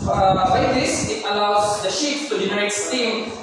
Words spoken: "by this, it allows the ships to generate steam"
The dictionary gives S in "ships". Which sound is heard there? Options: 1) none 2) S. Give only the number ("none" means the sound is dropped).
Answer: 1